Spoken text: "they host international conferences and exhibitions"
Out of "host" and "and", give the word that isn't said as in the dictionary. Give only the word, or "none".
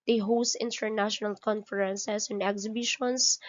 none